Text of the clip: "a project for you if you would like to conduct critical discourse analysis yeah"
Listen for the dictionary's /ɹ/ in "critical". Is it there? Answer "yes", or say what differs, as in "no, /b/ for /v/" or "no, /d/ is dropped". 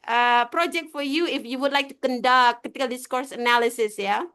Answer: no, /ɹ/ is dropped